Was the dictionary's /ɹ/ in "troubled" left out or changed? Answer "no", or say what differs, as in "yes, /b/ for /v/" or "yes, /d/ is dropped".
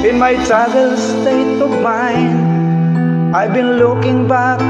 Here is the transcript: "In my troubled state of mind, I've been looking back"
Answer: yes, /ɹ/ is dropped